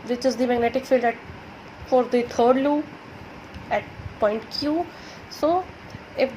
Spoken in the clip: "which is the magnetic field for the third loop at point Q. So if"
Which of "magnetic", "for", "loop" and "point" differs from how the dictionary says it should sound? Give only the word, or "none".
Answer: loop